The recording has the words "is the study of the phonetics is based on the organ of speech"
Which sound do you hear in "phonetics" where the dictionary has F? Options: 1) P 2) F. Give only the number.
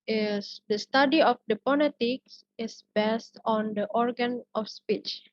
1